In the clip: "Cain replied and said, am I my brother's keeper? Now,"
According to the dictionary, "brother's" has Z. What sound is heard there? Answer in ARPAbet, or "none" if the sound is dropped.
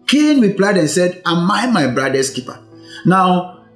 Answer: S